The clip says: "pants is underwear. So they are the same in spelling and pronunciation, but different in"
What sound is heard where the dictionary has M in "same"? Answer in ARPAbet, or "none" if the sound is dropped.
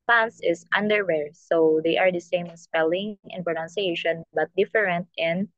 none